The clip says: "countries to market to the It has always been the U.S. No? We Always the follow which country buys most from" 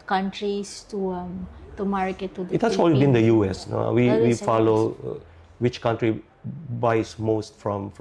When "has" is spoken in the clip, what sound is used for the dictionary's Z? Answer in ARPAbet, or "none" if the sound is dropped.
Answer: S